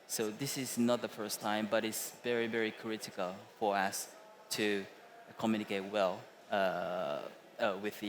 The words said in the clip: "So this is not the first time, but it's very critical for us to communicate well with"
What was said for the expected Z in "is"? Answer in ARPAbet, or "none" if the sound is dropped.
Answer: Z